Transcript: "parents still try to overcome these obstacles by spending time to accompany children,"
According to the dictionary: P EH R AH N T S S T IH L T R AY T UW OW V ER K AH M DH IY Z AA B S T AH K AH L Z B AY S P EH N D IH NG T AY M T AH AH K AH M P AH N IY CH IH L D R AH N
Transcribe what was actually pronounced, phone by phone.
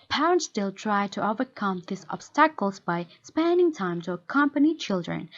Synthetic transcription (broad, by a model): P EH R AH N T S S T IH L T R AY T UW OW V ER K AH M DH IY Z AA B S T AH K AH L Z B AY S P EH N D IH NG T AY M T AH AH K AH M P AH N IY CH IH L D R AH N